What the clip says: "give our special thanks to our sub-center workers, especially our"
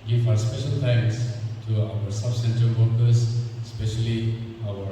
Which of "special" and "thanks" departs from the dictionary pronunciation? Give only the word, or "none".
thanks